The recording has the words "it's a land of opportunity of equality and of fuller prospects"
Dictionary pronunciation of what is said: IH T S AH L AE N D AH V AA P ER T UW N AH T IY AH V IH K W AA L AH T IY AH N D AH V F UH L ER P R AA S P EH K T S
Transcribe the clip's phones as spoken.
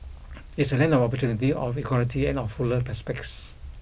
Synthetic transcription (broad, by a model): IH T S AH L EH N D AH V AA P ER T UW N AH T IY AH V IH K W AA L AH T IY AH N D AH F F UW L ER P EH S P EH K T S